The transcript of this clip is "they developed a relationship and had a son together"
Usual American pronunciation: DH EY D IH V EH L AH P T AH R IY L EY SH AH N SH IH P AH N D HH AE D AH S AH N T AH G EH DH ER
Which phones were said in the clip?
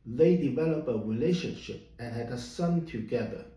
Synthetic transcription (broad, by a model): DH EY D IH V EH L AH P AH R IY L EY SH AH N SH IH P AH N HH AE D AH S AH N T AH G EH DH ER